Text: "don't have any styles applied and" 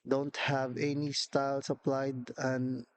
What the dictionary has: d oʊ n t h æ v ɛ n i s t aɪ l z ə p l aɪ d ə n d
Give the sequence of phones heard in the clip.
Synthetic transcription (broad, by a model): d oʊ n t h æ v ɛ n i s t aɪ l s ə p l aɪ d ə n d